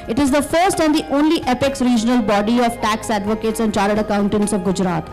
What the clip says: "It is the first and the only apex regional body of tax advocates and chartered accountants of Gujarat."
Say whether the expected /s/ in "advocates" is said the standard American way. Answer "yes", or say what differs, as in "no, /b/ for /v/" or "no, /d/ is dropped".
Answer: yes